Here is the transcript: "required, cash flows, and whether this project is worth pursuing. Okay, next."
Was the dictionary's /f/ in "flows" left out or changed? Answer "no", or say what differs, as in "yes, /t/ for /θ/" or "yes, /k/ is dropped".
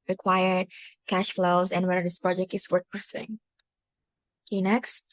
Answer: no